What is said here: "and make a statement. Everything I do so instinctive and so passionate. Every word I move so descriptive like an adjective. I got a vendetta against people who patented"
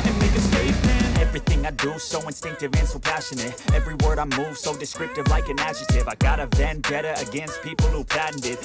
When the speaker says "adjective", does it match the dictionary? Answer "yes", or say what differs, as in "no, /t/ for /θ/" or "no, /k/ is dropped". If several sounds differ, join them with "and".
no, /k/ is dropped